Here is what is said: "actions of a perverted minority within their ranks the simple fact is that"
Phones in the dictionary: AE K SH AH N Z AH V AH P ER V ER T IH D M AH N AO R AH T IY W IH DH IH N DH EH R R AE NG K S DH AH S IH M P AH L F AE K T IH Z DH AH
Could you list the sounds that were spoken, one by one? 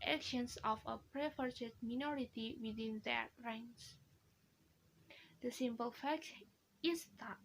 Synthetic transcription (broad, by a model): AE K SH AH N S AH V AH P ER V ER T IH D M AH N AO R AH T IY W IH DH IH N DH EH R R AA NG S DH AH S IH M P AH L F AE K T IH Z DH